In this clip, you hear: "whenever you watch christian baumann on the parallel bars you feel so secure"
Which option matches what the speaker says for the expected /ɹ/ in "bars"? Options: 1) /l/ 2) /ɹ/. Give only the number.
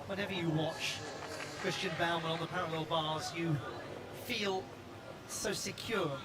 2